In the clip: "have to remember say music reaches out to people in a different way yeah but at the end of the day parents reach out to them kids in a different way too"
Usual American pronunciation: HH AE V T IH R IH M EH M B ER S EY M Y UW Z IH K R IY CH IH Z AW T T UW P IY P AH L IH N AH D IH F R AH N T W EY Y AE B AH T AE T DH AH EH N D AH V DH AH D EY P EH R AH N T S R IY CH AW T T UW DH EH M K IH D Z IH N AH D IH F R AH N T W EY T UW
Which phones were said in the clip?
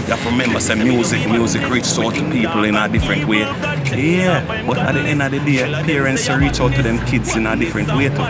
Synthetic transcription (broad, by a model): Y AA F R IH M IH M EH M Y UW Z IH M Y UW Z IH K R IY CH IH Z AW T T UW P IY P L IH N AH D IH F R AH N T W EY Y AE B AH T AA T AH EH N AH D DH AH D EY P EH R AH N T S R IY CH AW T T UW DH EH M K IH D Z IH N AH D IH F R AH N T W EY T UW